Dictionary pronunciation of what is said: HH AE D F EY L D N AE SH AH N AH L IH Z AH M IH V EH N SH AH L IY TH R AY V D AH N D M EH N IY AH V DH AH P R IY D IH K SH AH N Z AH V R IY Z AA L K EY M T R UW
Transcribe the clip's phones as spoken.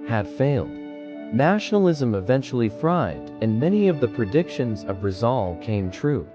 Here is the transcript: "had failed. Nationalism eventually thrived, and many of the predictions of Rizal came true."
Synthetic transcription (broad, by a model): HH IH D F EY L D N AE SH N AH L IH Z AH M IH V EH N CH L IY F R AY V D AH N M EH N IY AH V DH AH P R IY D IH K SH AH N Z AH V R IY Z AA L K EY M T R UW